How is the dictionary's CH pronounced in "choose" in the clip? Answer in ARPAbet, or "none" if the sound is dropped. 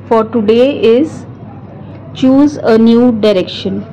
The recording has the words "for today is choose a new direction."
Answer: CH